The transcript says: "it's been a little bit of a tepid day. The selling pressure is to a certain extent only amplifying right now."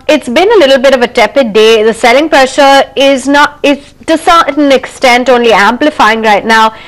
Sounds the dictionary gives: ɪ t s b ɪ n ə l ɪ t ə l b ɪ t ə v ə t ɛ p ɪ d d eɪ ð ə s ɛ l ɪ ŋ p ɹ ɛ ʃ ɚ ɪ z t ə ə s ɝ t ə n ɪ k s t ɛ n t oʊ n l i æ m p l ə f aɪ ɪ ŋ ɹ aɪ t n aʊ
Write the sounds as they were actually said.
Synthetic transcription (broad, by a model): ɪ t s b ɪ n ə l ɪ t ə l b ɪ t ə v ə t ɛ p ɪ d d eɪ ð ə s ɛ l ɪ ŋ p ɹ ɛ ʃ ɚ ɪ z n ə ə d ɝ s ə n ɪ k s t ɛ n t oʊ n l i æ m p l ə f aɪ ɪ ŋ ɹ aɪ t n aʊ